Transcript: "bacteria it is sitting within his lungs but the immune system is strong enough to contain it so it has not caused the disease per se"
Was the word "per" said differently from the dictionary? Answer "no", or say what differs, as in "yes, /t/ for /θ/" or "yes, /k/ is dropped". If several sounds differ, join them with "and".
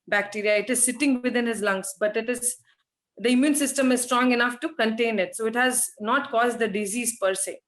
no